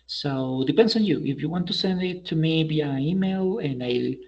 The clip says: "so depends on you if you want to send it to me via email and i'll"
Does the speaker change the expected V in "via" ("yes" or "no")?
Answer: yes